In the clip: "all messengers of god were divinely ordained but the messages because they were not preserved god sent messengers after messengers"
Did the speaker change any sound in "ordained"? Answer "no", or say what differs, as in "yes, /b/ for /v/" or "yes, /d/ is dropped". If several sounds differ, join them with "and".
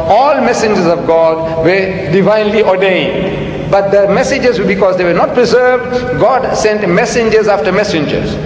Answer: no